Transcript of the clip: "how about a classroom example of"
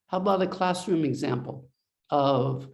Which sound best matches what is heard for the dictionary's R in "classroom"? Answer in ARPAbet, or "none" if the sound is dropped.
R